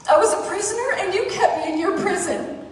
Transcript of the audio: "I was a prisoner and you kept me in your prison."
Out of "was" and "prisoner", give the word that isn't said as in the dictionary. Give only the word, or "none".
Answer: none